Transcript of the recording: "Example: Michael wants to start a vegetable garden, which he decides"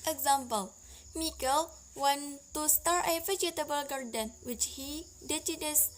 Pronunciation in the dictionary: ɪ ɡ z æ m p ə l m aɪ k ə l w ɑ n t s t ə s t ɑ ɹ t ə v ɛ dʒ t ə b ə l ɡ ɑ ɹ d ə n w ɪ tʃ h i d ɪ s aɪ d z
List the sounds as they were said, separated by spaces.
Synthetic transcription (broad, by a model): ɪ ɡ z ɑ m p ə l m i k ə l w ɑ n t s t ə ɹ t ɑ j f ə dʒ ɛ t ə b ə l ɡ ɑ ɹ d ə n w ɪ tʃ h i d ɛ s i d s